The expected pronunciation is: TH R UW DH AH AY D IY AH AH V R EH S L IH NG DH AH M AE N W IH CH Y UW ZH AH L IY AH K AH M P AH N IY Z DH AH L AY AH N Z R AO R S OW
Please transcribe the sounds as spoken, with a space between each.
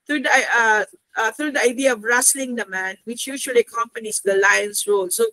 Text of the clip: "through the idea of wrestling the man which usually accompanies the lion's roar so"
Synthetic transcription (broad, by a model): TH R UW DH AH AY D IY AH AH V R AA S L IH NG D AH M AE N W IH CH Y UW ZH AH L IY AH K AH M P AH N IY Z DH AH L AY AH N S R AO L S OW